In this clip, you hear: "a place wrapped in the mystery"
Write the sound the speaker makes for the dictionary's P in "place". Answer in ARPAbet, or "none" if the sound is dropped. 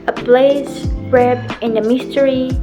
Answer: B